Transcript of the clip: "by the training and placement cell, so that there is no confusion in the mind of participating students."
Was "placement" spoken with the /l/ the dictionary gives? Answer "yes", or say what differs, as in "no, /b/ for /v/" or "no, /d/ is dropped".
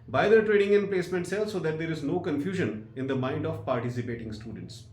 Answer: yes